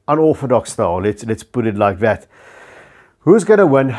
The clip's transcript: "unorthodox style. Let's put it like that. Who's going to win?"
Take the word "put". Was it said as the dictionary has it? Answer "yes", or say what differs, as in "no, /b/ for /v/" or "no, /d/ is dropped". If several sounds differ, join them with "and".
no, /b/ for /p/